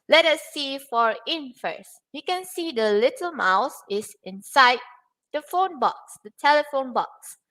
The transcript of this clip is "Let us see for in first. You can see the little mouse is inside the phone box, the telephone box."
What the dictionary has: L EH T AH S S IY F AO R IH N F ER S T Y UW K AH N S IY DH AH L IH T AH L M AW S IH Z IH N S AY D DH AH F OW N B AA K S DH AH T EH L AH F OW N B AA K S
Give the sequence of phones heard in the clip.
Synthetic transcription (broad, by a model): L EH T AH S S IY F AO R IH N F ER S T Y UW K AH N S IY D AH L IH T AH L M AW S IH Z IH N S AY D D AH F OW N B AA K S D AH T EH L AH F OW N B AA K S